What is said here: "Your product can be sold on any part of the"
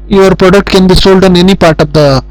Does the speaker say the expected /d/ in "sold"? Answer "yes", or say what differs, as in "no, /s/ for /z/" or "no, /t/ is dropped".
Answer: yes